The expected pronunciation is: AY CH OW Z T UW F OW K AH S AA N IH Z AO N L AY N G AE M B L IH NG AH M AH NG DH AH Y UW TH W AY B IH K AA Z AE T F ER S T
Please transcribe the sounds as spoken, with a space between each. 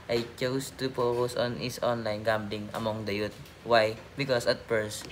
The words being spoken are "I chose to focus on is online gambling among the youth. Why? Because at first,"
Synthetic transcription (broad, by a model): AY CH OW S T UW P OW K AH S AA N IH S AO N L AY N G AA M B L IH NG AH M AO NG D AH Y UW T W AY B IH K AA S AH T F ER S